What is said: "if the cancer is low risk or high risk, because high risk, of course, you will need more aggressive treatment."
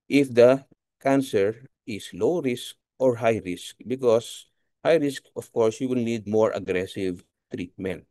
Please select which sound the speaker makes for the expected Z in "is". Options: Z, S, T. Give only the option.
S